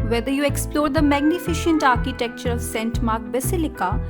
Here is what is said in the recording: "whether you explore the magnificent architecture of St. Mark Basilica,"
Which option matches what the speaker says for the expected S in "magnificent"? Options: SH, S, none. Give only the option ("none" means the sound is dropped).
SH